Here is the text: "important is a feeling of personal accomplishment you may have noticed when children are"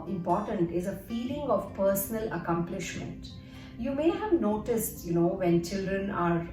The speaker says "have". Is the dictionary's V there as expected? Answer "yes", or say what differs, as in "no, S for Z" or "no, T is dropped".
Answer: yes